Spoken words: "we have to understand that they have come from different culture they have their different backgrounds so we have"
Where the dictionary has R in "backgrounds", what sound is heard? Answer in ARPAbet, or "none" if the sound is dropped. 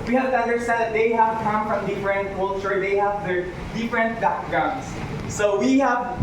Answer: none